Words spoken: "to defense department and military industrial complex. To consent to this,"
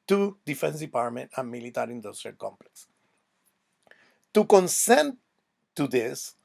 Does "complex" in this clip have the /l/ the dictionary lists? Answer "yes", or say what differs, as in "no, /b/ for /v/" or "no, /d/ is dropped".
yes